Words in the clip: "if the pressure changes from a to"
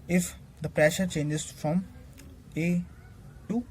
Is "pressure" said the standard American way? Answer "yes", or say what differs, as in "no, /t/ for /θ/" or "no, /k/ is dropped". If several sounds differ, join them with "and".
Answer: yes